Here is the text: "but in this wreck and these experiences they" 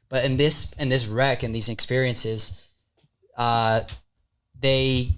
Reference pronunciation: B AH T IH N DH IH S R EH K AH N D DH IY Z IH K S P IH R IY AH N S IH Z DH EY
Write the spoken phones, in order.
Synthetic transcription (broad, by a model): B AH T IH N DH IH S R EH K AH N DH IY Z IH K S P IH R IY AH N S IH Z DH EY